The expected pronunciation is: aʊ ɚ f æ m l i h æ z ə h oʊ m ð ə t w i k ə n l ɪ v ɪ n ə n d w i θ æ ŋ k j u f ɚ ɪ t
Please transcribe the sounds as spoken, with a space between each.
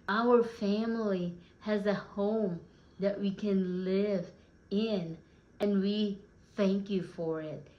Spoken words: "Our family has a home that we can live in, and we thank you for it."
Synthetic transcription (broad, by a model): aʊ ɚ f æ m l i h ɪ z ə h oʊ m ð ə t w i k ə n l ɪ v ɪ n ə n w i θ æ ŋ k j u f ɚ ɪ t